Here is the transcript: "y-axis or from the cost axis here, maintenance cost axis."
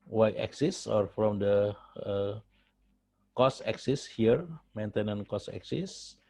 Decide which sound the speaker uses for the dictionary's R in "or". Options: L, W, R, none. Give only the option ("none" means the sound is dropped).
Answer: R